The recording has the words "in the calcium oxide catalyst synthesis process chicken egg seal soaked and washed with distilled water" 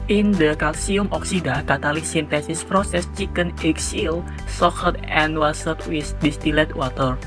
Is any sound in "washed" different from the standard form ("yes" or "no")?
yes